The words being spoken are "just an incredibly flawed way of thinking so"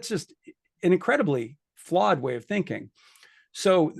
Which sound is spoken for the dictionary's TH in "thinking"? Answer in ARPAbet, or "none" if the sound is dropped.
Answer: TH